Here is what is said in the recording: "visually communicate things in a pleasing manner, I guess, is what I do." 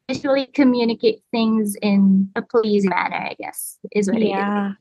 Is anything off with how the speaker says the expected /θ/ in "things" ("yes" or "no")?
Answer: no